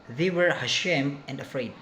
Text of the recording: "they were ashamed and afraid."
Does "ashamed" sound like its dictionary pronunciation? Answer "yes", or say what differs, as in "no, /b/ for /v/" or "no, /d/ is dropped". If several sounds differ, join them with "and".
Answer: no, /d/ is dropped